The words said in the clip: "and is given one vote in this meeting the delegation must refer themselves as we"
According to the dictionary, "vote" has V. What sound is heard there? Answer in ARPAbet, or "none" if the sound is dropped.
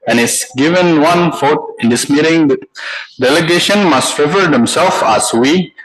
F